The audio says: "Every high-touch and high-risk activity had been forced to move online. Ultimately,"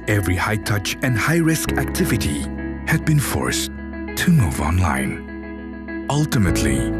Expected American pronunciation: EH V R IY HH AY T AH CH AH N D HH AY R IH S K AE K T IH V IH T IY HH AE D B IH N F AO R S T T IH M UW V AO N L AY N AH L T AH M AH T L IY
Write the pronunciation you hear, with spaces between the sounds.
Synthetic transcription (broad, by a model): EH V R IY HH AY T AH CH AH N D HH AY R IH S K AE K T IH V IH T IY HH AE D B IH N F AO R S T T IH M UW V AO N L AY N AH L T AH M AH T L IY